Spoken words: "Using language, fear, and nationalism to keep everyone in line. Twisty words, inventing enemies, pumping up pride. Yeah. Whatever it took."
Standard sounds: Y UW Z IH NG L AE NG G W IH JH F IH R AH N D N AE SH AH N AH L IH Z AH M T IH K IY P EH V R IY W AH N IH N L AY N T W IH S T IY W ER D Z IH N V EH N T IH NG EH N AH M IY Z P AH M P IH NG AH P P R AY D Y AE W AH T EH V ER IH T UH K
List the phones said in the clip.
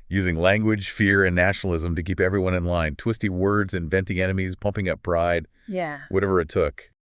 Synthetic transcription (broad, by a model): Y UW Z IH NG L AE NG G W IH JH F IH R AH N N AE SH N L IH Z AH M T IH K IY P EH V R IY W AH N IH N L AY N T W IH S T IY W ER D Z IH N V EH N T IH NG EH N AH M IY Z P AH M P IH NG AH P B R AY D Y AE W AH T EH V ER IH T UH K